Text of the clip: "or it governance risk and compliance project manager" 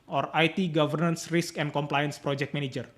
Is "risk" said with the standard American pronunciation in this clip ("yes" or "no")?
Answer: yes